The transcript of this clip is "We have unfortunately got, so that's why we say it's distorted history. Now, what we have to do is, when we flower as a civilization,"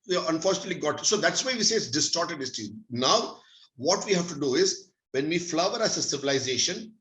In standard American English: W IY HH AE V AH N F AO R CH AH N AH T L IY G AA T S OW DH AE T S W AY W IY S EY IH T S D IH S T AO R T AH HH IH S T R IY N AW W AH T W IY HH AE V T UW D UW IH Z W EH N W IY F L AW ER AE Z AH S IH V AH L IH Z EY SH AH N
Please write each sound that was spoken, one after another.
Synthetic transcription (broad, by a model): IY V AH N F AO R CH AH N AH T L IY G AA T S OW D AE T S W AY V IY S EY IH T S D IH S T AO R T AH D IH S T IY N AW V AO T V IY HH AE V T UW D UW IH Z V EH N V IY F L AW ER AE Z AH S IH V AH L IH Z EY SH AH N